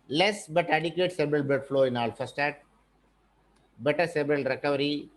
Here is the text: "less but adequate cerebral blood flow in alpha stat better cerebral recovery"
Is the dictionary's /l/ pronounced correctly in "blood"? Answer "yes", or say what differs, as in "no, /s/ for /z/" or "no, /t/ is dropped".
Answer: no, /l/ is dropped